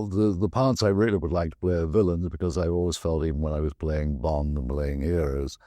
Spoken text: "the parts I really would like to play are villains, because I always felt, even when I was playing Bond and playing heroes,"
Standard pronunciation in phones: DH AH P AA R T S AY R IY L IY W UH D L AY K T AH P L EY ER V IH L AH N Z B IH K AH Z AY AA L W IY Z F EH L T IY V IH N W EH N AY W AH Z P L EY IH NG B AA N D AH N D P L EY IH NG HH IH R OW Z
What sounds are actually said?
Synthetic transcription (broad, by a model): DH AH P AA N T S AY R IY L IY W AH D L AY K T AH P L EY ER V IH L AH N Z B IH K AH Z AY AA L W IY Z F EH L T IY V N W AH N AY W AH Z P L EY IH NG B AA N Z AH N P L EY IH NG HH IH R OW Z